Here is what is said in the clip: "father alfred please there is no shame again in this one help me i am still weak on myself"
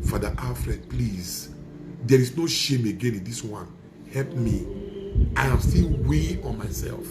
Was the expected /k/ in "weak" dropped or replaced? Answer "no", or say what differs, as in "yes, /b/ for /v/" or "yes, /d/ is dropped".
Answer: yes, /k/ is dropped